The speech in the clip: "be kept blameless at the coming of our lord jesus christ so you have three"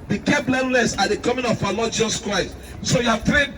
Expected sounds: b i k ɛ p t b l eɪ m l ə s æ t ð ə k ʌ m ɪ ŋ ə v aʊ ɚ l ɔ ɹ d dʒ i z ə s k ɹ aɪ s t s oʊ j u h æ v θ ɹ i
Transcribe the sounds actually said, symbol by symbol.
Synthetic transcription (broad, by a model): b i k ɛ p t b l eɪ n l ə s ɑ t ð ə k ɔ m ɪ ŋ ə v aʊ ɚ l ɔ d dʒ i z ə s k ɹ aɪ s t s oʊ j u h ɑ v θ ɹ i